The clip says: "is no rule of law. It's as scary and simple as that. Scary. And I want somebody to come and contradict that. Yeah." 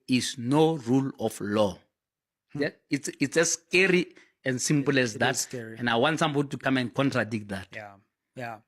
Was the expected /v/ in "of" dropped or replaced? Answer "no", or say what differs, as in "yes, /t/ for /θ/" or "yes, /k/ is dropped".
yes, /f/ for /v/